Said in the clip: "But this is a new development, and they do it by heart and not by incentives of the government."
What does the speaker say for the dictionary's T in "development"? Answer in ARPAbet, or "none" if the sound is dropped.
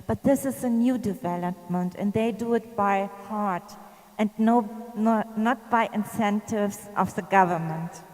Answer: T